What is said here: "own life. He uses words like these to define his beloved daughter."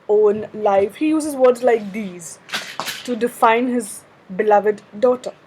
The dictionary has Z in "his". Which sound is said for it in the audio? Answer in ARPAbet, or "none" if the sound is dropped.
Z